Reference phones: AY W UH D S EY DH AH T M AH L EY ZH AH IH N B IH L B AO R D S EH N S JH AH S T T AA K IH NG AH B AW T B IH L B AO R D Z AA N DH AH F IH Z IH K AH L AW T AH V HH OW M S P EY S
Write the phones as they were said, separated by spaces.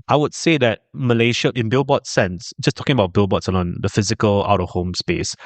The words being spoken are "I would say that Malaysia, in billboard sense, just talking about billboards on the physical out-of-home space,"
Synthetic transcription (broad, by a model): AY W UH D S EY DH AH T M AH L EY SH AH IH N B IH L B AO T S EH N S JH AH S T T AA K IH NG AH B AW T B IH L B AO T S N AA N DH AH F IH Z IH K AH L AW T AH V HH OW M S P EY S